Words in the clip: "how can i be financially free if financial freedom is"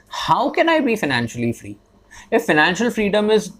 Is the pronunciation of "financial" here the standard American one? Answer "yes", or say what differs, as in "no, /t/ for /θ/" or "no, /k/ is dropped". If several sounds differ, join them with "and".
yes